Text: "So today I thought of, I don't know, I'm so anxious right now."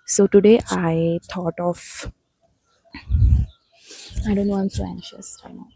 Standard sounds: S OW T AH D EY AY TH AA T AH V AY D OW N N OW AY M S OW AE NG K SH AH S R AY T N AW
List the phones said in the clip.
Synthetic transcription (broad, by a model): S OW T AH D EY AY T AA T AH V AY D OW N N OW AY M S OW AE NG K SH AH S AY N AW